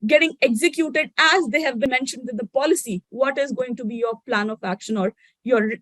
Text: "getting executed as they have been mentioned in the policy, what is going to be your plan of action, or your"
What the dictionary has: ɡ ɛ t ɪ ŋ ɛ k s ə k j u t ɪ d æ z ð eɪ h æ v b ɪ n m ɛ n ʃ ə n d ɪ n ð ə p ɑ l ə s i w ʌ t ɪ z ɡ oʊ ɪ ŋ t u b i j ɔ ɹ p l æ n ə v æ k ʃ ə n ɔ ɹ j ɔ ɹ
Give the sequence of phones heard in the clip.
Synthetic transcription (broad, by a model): ɡ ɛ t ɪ ŋ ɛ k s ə k j u t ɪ d æ z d eɪ h æ v b ɪ n m ɛ n ʃ ə n d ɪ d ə p ɑ l ə s i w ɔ t ɪ z ɡ oʊ ɪ ŋ t u b i j ɔ ɹ p l æ n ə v æ k ʃ ə n ɔ ɹ j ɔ ɹ